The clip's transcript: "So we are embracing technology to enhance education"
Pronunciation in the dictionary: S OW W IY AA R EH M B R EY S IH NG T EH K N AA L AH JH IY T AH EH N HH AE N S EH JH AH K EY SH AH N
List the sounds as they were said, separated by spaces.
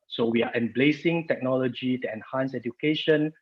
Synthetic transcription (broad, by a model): S OW W IY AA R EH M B L EY S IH NG T EH K N AA L AH JH IY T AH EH N HH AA N S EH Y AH K EY SH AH N